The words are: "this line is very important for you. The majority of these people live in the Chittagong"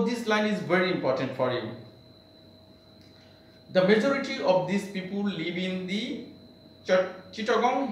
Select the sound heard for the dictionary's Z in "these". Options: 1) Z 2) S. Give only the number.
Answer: 2